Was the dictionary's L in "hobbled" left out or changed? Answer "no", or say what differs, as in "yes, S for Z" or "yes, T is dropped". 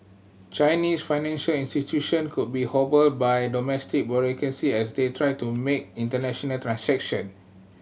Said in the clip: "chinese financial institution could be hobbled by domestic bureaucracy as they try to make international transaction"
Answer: no